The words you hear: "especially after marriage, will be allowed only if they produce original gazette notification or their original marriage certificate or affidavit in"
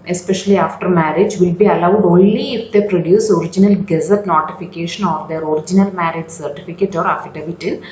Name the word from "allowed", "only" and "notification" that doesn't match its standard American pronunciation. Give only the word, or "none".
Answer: none